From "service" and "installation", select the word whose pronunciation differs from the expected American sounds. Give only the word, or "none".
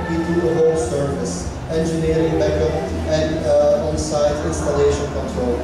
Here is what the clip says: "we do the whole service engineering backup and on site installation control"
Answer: none